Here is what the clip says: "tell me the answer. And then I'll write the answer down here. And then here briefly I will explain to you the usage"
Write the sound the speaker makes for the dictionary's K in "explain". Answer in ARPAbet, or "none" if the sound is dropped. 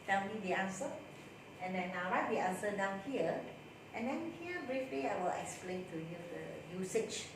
K